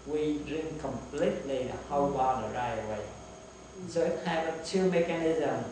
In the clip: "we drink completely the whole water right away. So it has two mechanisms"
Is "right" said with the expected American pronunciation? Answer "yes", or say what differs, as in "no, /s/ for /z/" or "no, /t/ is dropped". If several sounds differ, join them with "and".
no, /t/ is dropped